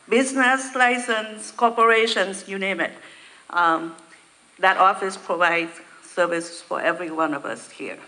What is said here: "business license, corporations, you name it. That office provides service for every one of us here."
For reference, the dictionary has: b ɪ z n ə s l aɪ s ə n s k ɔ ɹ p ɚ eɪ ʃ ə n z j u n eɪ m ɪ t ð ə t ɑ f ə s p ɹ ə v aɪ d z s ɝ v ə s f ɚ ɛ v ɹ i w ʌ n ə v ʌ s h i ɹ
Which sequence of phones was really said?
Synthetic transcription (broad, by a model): b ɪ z n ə s l aɪ s ə n s k ɔ p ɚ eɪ ʃ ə n s j u n eɪ m ɪ t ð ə t ɑ f ə s p ɹ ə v aɪ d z s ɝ v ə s f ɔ ɛ v ɹ i w ʌ n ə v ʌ s h i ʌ